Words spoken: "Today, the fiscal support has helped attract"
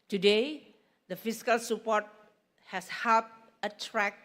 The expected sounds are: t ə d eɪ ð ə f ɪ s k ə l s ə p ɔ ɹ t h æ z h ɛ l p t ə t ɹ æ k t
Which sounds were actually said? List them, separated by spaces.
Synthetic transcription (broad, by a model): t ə d eɪ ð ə f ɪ s k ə l s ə p ɔ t h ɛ s h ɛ p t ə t ɹ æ k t